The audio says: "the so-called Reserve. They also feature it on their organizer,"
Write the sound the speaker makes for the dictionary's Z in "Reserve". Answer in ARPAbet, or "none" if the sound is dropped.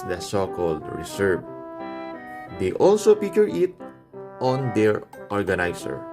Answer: S